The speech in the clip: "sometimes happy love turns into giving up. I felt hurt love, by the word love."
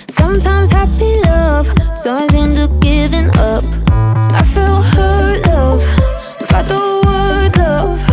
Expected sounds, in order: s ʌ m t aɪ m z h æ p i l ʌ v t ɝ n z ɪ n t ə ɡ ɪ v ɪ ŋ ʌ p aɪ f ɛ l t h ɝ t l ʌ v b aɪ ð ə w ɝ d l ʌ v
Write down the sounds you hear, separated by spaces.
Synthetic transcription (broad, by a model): s ʌ m t aɪ m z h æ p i l ʌ v s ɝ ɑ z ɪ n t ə ɡ ɪ v ɪ ŋ ʌ p aɪ f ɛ l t h ɝ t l ʌ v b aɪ ð ə w ɝ d l ʌ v